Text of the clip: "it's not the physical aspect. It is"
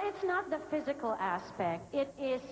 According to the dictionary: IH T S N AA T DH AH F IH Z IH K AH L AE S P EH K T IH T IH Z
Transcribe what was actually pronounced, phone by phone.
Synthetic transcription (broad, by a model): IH T S N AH T DH AH F IH Z IH K AH L AE S P EH K T IH T IH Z